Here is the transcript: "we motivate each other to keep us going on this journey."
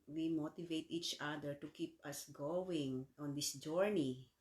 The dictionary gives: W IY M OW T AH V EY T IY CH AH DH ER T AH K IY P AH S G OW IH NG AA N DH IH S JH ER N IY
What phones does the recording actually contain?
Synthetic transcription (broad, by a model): W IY M OW T AH V EY T IY CH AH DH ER T AH K IY P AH S G OW IH NG AA N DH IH S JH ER N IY